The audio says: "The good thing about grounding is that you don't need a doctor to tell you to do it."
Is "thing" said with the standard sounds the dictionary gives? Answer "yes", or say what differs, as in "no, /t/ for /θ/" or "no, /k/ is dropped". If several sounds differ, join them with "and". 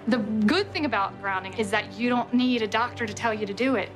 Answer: yes